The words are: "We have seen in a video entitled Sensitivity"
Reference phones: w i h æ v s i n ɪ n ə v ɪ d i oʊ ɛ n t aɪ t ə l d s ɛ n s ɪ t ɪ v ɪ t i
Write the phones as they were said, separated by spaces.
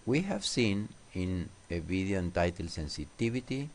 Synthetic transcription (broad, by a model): w i h æ v s i n ɪ n ə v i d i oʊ n t aɪ t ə l s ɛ n s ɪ t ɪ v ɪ t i